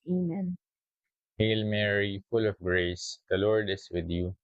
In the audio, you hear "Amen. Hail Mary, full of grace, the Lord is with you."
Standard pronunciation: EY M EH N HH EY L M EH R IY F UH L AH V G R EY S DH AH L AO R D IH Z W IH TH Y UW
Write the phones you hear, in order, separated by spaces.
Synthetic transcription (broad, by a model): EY M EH N HH EY L M EH R IY F UH L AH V G R EY S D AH L AO R D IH S W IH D Y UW